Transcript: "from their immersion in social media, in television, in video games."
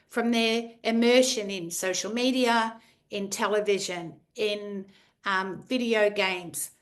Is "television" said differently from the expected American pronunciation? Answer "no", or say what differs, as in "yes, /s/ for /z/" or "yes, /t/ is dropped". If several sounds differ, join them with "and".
no